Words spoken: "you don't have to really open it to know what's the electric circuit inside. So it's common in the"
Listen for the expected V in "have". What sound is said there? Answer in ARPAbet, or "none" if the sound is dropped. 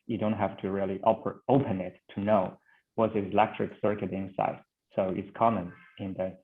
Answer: F